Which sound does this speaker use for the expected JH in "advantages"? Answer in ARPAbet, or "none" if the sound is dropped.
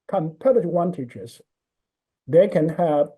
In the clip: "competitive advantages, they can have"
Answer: CH